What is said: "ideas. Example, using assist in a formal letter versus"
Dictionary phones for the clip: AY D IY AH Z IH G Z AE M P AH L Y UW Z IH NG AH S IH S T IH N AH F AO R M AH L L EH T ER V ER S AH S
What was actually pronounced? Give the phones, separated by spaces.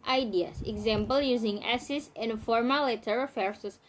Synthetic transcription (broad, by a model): AY D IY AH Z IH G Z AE M P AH L Y UW Z IH NG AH S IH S IH N F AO R M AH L L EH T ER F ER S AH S